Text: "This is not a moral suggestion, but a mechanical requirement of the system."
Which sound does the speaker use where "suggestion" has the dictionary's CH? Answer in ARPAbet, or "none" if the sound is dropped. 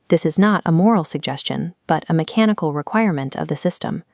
CH